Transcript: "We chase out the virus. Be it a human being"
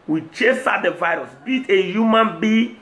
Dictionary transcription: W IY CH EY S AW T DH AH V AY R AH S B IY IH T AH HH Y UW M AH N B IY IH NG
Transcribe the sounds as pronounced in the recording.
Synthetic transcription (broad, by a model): W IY CH EY S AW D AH V AY R AH S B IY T AH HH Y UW M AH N B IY